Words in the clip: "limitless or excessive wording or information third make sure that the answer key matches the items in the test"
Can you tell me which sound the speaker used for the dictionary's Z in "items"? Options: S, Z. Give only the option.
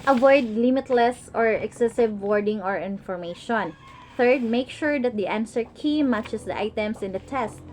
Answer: S